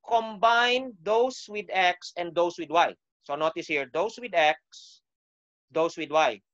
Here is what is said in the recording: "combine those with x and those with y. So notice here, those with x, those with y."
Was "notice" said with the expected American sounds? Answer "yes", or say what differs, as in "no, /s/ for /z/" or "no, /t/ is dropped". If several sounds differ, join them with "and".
yes